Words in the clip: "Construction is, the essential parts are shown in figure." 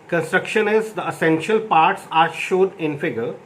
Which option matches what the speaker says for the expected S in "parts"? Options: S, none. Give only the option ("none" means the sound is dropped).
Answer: S